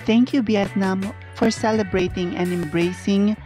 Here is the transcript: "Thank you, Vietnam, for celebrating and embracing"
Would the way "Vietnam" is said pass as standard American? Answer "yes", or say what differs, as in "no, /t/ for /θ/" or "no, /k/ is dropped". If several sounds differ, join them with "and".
no, /b/ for /v/